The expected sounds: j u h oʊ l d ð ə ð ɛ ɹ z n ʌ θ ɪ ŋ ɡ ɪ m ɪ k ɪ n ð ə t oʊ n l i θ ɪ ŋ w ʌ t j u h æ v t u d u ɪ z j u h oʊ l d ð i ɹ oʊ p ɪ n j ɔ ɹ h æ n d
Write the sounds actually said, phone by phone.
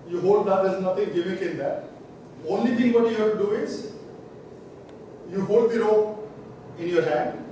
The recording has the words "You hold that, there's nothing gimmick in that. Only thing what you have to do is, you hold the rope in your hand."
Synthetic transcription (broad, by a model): j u h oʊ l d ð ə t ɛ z n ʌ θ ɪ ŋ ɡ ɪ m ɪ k ɪ n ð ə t oʊ n l i t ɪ ŋ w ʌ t j u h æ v t u d u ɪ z j u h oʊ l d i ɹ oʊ ɪ n j ɔ ɹ h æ n d